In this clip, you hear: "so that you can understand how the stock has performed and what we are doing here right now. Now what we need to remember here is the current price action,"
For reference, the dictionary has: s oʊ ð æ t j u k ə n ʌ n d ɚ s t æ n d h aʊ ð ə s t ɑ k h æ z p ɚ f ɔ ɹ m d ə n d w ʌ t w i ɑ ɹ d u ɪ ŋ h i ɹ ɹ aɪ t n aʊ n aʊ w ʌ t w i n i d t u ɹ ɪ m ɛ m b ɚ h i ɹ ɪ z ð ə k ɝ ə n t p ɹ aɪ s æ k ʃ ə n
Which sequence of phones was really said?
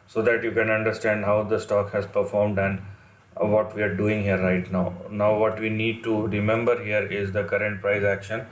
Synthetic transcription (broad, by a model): s oʊ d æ t j u k ə n ʌ n d ɚ s t æ n d h aʊ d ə s t ɑ k h æ z p ɚ f ɔ ɹ m d ə n d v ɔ t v i ɑ ɹ d u ɪ ŋ h i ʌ ɹ aɪ t n aʊ n aʊ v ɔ t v i n i d t u ɹ ɪ m ɛ m b ɚ h i ɹ ɪ z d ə k ɝ ə n t p ɹ aɪ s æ k ʃ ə n